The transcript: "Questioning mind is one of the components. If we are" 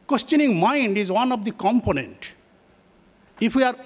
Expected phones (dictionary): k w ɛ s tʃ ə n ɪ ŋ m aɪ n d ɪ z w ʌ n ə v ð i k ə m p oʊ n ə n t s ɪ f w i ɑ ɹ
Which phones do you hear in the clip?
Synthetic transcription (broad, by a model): k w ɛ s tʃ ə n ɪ ŋ m aɪ n d ɪ z w ʌ n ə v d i k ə m p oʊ n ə n t ɪ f w i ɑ ɹ